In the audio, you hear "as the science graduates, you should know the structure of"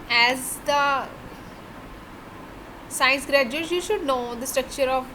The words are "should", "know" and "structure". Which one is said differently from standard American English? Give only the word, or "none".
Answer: none